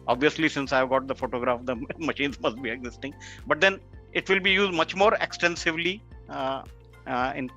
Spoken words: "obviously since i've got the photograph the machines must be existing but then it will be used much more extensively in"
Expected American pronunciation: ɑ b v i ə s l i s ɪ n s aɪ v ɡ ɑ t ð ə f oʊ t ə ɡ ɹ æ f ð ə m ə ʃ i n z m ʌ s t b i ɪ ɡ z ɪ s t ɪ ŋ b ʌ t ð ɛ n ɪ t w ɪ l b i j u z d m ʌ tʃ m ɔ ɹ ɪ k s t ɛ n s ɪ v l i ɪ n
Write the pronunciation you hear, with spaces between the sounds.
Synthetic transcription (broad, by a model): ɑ b v i ə s l i s ɪ n s aɪ v ɡ ɑ t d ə f oʊ t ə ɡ ɹ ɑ f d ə m ə ʃ i n z m ʌ s t b i ɪ ɡ z ɪ s t ɪ ŋ b ʌ t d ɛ n ɪ t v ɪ l b i j u z d m ʌ tʃ m ɔ ɹ ɪ k s t ɛ n s ɪ v l i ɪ n